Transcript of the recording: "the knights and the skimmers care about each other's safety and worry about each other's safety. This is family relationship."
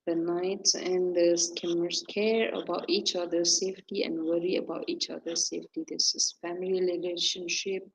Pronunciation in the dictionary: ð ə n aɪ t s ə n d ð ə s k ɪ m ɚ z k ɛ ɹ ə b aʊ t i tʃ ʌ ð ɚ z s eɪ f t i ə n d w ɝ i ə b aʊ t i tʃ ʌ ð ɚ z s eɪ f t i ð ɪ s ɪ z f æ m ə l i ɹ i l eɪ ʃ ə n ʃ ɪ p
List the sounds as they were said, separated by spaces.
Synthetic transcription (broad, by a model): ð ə n aɪ t s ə n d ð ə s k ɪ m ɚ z k ɛ ɹ ə b aʊ t i tʃ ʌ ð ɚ s eɪ f t i ə n d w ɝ i ə b aʊ t i tʃ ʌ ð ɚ s eɪ f t i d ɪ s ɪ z f æ m ə l i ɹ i l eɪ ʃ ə n ʃ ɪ p